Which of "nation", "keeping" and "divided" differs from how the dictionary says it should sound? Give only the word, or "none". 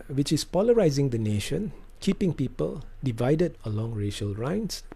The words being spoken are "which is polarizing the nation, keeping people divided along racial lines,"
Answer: none